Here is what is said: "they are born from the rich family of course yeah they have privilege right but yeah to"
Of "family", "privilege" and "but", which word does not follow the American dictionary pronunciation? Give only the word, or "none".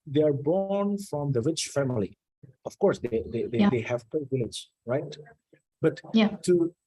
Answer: privilege